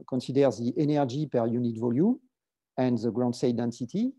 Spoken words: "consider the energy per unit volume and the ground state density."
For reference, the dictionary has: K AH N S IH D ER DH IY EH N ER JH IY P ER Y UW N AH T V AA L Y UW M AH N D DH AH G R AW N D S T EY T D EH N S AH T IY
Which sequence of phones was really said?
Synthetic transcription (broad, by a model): K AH N S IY D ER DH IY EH N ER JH IY P ER Y UW N AH T V AA L Y UW M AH N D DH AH G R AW N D S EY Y D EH N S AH T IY